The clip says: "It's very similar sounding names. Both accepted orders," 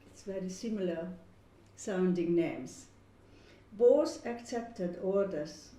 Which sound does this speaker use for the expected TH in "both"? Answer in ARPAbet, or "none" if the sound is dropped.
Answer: S